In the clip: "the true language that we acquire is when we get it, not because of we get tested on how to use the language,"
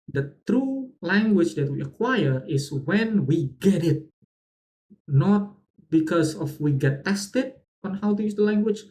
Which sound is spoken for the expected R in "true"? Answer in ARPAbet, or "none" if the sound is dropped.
R